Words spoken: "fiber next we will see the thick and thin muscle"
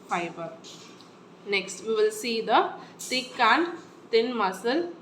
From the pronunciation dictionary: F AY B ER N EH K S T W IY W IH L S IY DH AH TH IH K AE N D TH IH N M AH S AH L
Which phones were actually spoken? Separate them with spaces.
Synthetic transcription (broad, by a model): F AY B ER N EH K S T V IY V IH L S IY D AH T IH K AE N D T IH N M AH S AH L